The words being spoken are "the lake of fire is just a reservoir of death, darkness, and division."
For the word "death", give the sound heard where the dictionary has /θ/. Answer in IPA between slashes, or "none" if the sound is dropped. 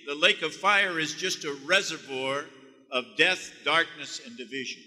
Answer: /θ/